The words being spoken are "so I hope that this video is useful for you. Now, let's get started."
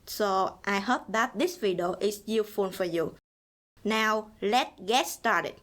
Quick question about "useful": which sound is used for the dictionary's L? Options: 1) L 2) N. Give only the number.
2